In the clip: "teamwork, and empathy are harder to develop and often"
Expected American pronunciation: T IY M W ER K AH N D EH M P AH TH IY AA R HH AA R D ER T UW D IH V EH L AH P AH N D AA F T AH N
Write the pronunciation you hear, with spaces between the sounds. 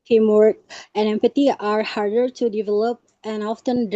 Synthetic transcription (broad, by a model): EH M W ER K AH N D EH M P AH T IY AA R HH AA R D ER T UW D IH V EH L AH P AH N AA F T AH N